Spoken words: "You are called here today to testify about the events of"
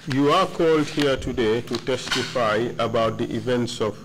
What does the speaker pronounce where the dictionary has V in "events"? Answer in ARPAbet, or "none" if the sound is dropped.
V